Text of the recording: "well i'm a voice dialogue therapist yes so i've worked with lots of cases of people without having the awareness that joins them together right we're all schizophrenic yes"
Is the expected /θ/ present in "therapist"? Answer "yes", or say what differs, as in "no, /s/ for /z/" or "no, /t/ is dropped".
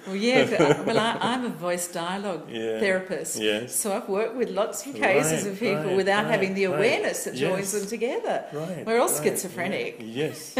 yes